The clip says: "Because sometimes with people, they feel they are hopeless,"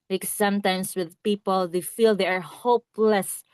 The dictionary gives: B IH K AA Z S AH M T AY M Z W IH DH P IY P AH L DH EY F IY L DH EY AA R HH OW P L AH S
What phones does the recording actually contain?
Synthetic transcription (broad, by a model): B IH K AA S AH M T AY M S W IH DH P IY P AH L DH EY F IY L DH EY AA R HH OW P L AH S